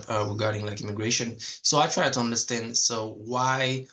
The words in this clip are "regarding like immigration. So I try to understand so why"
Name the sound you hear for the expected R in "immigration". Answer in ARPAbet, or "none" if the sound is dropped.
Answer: R